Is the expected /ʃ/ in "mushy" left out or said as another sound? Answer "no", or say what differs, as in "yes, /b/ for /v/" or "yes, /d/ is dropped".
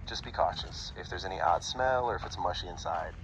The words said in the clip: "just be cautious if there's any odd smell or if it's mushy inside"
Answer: no